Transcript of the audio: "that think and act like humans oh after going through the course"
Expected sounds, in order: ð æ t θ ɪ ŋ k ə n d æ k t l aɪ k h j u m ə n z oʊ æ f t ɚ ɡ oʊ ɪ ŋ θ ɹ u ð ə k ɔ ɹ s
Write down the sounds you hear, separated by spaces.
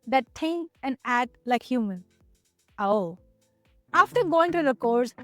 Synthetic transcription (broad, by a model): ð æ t t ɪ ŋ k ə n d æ t l aɪ k h j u m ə n oʊ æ f t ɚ ɡ oʊ ɪ ŋ t ɹ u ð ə k ɔ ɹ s